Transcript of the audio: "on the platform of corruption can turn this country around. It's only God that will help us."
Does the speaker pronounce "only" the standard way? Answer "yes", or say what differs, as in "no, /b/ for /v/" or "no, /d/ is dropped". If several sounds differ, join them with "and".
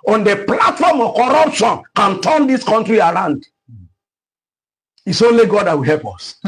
no, /n/ is dropped